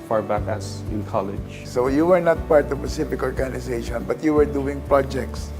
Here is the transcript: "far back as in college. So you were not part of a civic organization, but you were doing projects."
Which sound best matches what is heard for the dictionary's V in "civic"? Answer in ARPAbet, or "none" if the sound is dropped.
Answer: F